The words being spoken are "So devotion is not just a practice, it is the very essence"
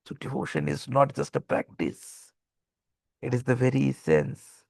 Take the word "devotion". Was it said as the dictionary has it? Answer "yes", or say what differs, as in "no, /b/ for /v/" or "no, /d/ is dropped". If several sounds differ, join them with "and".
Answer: no, /v/ is dropped